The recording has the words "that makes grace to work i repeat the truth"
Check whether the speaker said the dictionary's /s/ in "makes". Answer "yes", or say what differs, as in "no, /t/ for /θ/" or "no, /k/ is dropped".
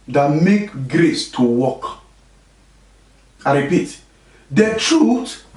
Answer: no, /s/ is dropped